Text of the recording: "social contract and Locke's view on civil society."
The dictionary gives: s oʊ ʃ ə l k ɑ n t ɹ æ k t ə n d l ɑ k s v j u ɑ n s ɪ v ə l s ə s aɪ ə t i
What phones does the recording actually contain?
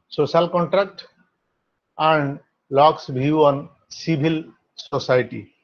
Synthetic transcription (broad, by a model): s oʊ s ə l k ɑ n t ɹ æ k t ə n d l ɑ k s b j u ɑ n s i b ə l s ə s aɪ t i